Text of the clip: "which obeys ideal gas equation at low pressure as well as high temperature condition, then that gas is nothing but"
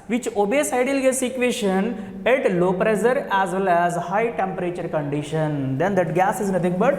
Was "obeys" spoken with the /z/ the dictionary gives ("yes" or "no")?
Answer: no